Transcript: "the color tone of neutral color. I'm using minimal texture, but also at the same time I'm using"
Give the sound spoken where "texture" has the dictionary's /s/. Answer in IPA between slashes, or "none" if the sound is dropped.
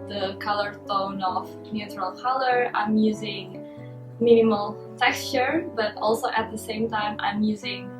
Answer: /s/